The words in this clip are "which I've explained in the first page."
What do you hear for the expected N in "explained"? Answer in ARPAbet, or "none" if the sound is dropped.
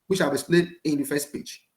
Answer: none